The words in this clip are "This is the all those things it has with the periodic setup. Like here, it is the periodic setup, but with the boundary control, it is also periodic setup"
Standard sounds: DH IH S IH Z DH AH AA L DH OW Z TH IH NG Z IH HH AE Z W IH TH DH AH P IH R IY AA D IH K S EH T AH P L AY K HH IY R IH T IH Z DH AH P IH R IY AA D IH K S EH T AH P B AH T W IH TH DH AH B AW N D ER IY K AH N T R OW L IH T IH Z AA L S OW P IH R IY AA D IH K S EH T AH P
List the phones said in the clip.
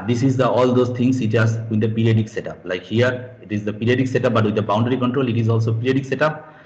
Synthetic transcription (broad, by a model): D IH S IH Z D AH AA L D OW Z T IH NG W IH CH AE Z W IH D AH P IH R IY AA D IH K S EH T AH P L AY K HH IY R IH T IH Z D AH P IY R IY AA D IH K S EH T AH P B AH T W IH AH B AW N D ER IY K AH N T R OW L IH T IH Z AA L S OW P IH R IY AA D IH K S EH T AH P